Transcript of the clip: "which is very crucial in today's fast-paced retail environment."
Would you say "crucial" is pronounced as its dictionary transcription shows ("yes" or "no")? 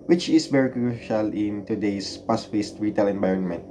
yes